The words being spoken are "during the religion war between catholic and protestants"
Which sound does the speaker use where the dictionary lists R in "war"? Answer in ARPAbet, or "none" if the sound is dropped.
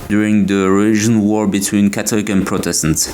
R